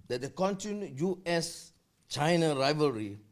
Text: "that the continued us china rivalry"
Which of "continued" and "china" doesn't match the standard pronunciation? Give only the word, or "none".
continued